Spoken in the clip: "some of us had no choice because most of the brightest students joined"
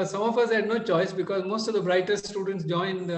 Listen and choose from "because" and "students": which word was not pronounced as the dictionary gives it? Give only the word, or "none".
none